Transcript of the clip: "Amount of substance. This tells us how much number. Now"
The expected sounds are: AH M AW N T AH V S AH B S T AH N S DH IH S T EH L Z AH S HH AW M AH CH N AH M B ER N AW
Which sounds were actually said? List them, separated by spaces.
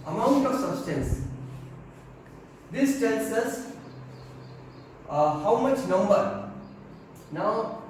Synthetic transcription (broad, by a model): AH M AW N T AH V S AH B S T AH N S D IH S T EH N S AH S HH AW M AH CH N AH M B ER N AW